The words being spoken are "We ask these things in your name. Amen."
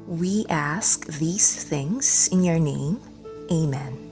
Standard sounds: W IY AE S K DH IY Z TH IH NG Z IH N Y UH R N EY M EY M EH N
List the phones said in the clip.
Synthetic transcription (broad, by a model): W IY AE S K DH IY Z TH IH NG Z IH N Y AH R N EY M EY M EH N